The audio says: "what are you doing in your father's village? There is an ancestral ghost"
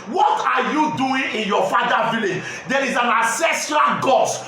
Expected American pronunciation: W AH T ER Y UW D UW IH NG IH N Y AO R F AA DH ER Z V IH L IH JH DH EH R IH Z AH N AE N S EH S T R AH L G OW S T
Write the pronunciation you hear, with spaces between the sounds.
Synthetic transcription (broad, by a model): W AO T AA Y UW D UW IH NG IH N Y AO F AA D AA V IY L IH JH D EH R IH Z AH N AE S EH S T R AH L G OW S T